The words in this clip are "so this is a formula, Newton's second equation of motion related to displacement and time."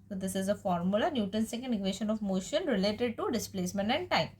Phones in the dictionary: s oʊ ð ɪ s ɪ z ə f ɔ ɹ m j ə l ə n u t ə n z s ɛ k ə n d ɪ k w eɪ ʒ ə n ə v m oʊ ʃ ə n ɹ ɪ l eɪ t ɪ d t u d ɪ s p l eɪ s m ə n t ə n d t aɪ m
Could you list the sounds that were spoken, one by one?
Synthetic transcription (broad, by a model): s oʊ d ɪ s ɪ z ə f ɔ ɹ m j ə l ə n u t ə n s ɛ k ə n d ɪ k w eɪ ʃ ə n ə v m oʊ ʃ ə n ɹ ɪ l eɪ t ɪ d t u d ɪ s p l eɪ s m ə n t ə n d t aɪ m